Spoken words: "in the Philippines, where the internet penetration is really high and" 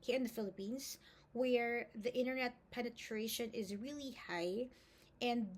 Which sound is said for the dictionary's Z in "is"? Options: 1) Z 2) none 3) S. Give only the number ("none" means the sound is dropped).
1